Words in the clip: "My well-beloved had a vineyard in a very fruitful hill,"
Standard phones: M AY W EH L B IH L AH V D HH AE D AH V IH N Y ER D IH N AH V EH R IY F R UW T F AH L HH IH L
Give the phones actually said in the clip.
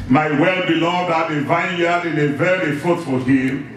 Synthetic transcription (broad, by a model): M AY W EH L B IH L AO D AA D AH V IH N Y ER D IH N AH V EH R IY F UW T F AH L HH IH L